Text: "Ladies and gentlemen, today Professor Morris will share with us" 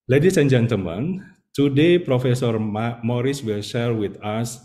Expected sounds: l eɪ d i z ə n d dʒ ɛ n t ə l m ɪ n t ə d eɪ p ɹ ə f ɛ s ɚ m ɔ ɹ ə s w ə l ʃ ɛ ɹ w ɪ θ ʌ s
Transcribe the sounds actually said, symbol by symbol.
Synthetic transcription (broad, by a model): l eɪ d i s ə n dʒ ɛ n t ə m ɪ n t ə d eɪ p ɹ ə f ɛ s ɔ m ɔ ɹ ə s w ə l ʃ ɛ ɹ w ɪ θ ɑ s